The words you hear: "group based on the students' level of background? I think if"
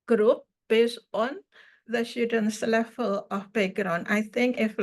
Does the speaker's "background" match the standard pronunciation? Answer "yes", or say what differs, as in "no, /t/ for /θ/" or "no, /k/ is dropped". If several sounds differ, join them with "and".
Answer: no, /k/ is dropped